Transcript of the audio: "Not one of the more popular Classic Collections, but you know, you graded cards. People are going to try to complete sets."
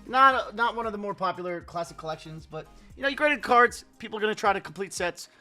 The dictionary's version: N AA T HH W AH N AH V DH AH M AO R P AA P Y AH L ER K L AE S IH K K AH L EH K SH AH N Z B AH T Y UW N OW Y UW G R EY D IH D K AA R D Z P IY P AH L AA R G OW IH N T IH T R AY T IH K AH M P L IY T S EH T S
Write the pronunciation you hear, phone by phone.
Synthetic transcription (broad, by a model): N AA T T W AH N AH V DH AH M AO R P AA P Y L ER K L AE S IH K K AH L EH K SH AH N Z B AH T Y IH N OW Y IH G R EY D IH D K AA R D Z P IY P L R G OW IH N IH T R AY T IH K M P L IY T S EH T S